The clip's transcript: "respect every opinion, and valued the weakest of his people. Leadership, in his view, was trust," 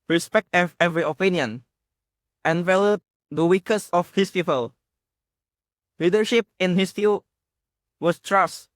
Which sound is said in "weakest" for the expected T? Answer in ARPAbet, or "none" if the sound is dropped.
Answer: none